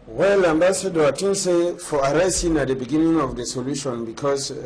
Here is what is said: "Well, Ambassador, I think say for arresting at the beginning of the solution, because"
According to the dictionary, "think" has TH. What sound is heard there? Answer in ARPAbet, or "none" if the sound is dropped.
T